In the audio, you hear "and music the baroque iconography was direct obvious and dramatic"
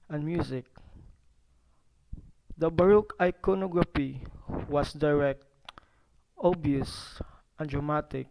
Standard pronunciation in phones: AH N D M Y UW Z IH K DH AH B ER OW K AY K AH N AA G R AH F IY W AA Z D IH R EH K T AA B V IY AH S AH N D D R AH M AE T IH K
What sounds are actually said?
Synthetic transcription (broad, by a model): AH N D M Y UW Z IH K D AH B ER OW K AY K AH N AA G R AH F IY W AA S D IH R EH K T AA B IY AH S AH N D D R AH M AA T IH K